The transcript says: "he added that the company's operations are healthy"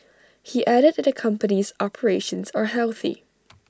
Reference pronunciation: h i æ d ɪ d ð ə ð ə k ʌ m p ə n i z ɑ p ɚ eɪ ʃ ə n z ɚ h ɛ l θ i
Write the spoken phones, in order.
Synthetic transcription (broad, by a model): h i æ d ɪ d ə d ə k ʌ m p ə n i z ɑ p ɚ eɪ ʃ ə n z ɚ h ɛ l θ i